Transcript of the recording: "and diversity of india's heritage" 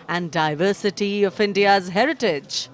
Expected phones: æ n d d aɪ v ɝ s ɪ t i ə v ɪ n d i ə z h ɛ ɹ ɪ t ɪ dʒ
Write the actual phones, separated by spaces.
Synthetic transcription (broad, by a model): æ n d d aɪ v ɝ s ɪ t i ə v ɪ n d i ə z h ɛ ɹ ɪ t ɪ dʒ